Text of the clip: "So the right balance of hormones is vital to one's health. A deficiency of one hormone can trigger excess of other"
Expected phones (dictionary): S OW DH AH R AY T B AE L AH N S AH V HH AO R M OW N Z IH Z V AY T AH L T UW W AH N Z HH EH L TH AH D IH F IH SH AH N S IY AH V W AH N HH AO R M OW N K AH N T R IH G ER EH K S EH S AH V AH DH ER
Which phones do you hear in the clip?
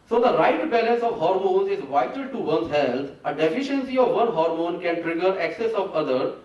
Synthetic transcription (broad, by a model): S OW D AH R AY T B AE L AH N S AH V HH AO R M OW N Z IH Z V AY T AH L T UW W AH N HH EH L T AH D IH F IH SH AH N S IY AH V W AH N HH AO R M OW N K AH N T R IH G ER EH K S EH S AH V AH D ER